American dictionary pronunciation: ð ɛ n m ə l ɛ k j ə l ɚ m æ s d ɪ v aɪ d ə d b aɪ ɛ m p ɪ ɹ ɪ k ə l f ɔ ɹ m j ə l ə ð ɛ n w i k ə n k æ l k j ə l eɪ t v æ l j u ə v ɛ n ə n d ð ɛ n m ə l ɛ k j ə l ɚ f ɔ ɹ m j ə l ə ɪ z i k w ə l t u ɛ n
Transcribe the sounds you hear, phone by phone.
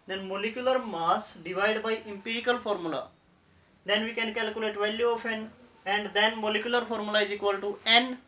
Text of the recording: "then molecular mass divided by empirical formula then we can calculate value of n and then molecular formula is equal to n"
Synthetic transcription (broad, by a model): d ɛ n m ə l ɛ k j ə l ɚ m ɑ s d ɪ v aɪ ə d b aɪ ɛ m p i ɹ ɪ k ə l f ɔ ɹ m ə l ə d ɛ n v i k ə n k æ l k j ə l eɪ t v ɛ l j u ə p ɛ n ə n d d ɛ n m ə l ɛ k j ə l ɚ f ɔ ɹ m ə l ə ɪ z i k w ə l t u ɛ n